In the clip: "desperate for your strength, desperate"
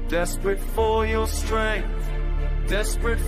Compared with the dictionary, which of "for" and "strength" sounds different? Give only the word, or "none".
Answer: for